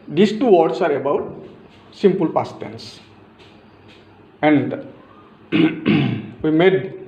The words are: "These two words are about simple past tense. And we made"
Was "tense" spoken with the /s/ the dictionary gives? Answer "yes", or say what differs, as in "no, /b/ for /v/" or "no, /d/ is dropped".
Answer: yes